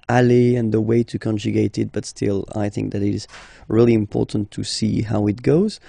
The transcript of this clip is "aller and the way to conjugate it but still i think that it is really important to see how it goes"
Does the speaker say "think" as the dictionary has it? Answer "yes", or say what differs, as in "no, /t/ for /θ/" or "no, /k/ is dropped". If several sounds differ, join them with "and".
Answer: yes